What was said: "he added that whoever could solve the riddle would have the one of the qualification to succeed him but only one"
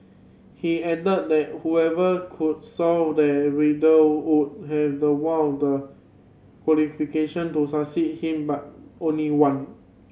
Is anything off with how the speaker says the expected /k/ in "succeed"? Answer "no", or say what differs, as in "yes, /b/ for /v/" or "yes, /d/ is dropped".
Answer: yes, /k/ is dropped